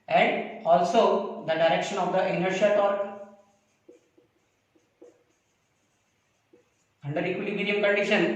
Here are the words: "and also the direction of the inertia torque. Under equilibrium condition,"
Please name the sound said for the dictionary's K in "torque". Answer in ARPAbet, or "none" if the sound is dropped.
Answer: none